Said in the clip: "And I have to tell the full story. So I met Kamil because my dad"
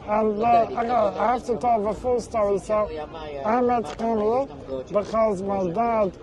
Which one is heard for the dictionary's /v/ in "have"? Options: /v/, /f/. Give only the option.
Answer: /f/